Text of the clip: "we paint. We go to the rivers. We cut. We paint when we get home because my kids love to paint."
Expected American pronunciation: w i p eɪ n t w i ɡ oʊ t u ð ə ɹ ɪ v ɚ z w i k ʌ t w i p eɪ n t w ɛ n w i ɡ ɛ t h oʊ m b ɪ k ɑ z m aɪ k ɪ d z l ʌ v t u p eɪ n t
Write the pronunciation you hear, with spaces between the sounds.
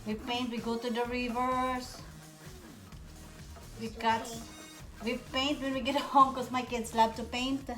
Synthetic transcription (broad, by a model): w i p eɪ n t w i ɡ oʊ t u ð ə ɹ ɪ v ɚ s w i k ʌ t w i p eɪ n t w ɛ n w i ɡ ɛ t h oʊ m k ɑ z m aɪ k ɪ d s l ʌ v t u p eɪ n t